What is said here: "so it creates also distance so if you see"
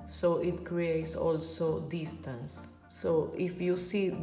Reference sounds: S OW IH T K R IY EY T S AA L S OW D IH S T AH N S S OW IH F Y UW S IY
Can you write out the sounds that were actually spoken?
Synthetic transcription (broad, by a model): S OW IH T K R IY EY T S AA L S OW D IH S T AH N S S OW IH F Y UW S IY